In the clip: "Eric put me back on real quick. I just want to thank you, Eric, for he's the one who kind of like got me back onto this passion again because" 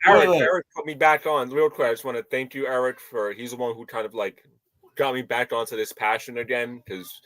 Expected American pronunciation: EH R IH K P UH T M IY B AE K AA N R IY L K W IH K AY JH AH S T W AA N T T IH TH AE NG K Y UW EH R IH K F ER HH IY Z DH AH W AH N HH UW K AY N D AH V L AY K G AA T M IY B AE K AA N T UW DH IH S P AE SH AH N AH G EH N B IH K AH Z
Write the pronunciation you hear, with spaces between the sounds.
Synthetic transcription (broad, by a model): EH R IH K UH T M IY B AE K N R IY L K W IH AY JH AH S T W AA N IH TH AE NG K Y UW EH R IH K F ER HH IY Z DH AH W AH N HH UW K AY N D AH V L AY K G AA T M IY B AE K N T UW DH IH S P AE SH AH N AH G EH N K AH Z